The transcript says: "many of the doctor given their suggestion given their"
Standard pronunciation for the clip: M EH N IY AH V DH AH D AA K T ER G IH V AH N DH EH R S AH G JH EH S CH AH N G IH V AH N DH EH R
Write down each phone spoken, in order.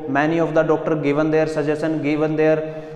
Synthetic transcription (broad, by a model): M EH N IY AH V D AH D AA K T ER G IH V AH N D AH R S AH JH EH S AH N G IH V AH N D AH R